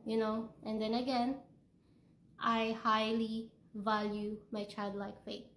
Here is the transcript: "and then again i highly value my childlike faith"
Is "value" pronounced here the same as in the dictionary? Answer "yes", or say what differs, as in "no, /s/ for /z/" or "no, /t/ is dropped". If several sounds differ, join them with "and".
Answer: yes